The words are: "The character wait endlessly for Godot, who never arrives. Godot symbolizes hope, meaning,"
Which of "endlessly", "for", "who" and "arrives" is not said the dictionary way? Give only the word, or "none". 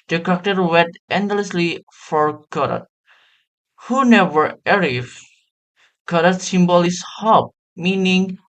arrives